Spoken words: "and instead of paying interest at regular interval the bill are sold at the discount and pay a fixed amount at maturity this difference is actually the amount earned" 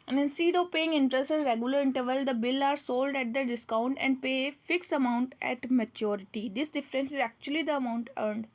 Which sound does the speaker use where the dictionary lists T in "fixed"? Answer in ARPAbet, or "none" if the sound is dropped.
none